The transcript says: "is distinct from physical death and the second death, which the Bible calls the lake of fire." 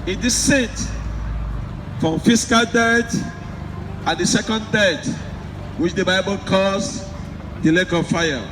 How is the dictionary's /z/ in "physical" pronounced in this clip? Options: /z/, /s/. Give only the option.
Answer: /s/